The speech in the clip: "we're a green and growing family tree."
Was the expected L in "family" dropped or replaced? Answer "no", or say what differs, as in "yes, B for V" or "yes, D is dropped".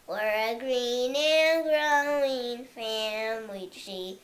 yes, L is dropped